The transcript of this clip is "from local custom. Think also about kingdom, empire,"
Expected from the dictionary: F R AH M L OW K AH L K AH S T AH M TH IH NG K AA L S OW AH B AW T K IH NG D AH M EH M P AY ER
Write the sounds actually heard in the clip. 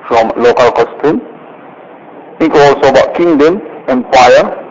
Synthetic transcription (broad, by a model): F R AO M L OW K AH L K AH S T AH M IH K AA L S OW AH B AW T K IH NG D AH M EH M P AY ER